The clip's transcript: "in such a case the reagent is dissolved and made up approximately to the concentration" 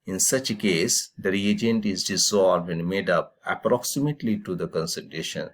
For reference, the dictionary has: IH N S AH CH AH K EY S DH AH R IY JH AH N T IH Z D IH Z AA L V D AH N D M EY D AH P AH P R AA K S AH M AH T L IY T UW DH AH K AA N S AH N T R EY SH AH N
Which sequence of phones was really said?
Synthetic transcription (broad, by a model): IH N S AH CH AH K EY S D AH R IY JH AH N T IH Z D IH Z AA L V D AH N D M EY D AH P AH P R AA K S AH M AH T L IY T UW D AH K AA N S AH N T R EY SH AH N